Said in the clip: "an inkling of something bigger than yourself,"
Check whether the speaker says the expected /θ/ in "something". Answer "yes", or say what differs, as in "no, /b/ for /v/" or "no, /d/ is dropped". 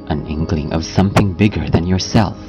yes